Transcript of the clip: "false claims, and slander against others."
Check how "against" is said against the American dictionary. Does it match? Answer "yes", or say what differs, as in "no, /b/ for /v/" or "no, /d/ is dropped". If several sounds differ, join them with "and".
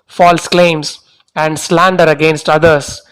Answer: yes